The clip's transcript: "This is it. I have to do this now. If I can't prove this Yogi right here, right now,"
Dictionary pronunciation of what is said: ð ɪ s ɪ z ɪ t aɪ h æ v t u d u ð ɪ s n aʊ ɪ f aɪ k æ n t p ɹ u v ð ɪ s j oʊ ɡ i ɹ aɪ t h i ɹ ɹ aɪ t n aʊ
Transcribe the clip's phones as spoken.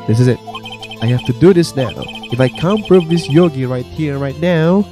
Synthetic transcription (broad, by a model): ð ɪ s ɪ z ɪ t aɪ h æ f t u d u ð ɪ s n aʊ ɪ f aɪ k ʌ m p ɹ u v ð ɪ s j oʊ ɡ i ɹ aɪ t h i ɹ ɹ aɪ t n aʊ